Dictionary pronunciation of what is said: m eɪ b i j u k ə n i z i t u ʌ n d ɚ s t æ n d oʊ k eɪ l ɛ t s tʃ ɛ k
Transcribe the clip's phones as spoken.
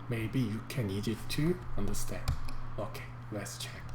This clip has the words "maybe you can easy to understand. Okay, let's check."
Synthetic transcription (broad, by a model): m eɪ b i j u k ə n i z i t u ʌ n d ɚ s t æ n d oʊ k eɪ l ɛ t s tʃ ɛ k